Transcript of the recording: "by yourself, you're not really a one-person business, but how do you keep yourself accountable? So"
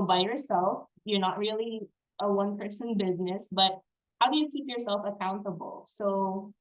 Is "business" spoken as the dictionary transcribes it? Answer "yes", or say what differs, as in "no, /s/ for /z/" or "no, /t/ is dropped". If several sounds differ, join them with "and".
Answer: yes